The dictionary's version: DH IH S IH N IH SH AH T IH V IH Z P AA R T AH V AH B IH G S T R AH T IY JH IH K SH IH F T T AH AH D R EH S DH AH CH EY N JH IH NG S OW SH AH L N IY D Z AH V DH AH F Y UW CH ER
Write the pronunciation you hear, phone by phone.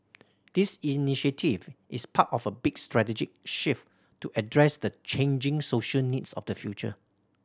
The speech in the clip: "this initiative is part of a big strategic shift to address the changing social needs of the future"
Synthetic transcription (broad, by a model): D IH S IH N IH SH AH T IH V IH S P AA T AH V AH B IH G S T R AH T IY JH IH K SH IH F T T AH AH D R EH S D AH CH EY N JH IH NG S OW SH AH L N IY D S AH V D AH F Y UW CH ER